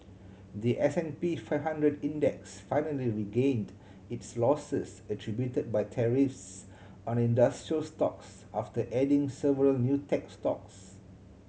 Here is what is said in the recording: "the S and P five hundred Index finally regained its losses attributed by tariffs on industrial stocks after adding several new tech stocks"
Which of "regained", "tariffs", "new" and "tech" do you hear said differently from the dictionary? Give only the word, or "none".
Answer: none